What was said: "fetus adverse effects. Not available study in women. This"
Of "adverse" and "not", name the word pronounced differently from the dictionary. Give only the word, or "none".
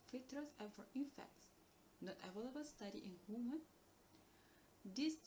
adverse